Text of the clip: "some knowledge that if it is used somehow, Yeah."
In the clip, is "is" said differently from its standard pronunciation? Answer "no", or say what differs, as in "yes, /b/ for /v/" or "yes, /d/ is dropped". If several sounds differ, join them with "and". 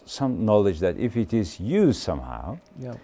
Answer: no